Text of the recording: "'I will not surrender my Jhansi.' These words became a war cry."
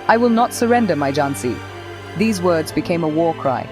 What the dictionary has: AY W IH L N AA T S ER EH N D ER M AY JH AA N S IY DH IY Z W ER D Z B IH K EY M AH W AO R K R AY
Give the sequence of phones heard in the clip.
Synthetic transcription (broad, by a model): AY W IH L N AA T S ER EH N D ER M AY JH AA N S IY DH IY Z W ER D Z B IH K EY M AH W AO R K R AY